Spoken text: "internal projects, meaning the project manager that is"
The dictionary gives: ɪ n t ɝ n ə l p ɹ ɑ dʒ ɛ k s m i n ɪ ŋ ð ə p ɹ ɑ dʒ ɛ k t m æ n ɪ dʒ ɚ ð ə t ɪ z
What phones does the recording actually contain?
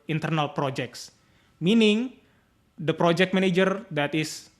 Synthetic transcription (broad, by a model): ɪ n t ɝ n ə l p ɹ ɑ dʒ ɛ k s m i n ɪ ŋ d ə p ɹ ɑ dʒ ɛ k t m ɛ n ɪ dʒ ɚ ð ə t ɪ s